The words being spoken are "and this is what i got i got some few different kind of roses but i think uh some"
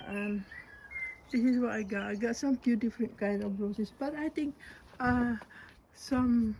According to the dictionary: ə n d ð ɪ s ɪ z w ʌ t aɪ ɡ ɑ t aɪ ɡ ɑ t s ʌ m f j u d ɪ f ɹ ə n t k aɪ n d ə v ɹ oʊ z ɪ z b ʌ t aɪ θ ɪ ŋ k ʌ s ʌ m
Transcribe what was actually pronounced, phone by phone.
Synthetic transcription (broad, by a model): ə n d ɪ s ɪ s w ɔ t aɪ ɡ ɑ t aɪ ɡ ɑ t s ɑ m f j u d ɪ f ɹ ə n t k aɪ n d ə f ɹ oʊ s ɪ s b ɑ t aɪ t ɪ ŋ k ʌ s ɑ m